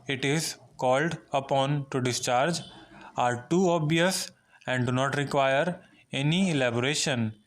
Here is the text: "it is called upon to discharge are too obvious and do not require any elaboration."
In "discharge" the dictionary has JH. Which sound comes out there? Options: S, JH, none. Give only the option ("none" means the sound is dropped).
JH